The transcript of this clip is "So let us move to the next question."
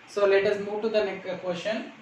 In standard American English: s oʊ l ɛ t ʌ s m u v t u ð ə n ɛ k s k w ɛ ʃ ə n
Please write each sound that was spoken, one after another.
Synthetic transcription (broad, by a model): s oʊ l ɛ t ʌ s m u v t u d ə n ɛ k k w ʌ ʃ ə n